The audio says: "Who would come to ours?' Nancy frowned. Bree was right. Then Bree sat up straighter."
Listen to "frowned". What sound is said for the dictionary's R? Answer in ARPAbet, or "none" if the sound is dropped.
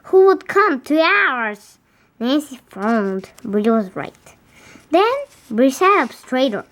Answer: none